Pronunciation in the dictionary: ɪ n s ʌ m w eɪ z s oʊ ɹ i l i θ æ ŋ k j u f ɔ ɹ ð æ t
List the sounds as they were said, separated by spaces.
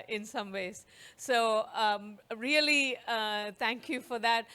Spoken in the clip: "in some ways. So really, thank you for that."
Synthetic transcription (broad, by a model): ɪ n s ʌ m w eɪ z s oʊ ɹ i l i t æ ŋ k j u f ɔ ɹ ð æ t